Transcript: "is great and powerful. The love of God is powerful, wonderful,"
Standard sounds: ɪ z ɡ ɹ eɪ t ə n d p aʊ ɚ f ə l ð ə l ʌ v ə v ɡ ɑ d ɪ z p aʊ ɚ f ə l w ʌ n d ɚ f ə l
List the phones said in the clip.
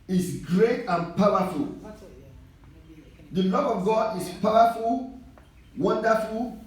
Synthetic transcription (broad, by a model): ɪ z ɡ ɹ eɪ t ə n p aʊ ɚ f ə l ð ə l ʌ v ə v ɡ ɑ d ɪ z p aʊ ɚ f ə l w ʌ n d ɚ f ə l